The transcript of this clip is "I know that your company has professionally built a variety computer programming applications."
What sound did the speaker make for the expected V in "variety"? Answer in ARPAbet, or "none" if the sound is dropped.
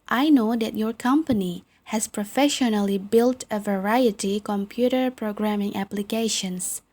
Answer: V